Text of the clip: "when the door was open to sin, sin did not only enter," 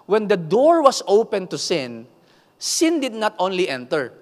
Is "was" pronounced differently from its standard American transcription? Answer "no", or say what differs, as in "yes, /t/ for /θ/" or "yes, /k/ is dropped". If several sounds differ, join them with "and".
yes, /s/ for /z/